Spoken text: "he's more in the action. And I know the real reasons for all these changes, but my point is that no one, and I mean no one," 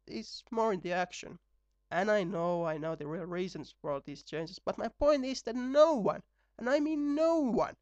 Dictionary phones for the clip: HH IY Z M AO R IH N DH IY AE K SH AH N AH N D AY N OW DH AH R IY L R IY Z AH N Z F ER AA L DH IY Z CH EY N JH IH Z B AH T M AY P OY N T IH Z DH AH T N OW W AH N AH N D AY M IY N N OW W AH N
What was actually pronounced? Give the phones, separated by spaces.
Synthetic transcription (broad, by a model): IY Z M AO R IH N DH IY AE K SH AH N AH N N AY N OW DH AH R IY L R IY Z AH N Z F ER AA L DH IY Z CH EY N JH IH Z B AH T M AY P OY N T IH Z DH AH T N OW W AH N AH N AY M IY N N OW W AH N